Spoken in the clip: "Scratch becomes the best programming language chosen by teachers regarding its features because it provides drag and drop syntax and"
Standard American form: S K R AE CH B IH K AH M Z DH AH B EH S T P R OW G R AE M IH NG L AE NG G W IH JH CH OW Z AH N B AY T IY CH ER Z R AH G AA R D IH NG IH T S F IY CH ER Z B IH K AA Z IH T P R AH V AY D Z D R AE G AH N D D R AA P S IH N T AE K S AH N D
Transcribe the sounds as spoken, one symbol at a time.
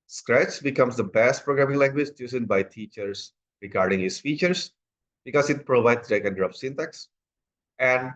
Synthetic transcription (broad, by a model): S K R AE CH B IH K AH M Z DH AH B EH S T P R OW G R AE M IH NG L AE NG G W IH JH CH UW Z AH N B AY T IY CH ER S R AH G AA R D IH NG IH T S F IY CH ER S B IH K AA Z IH T P R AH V AY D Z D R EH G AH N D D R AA F S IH N T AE K S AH N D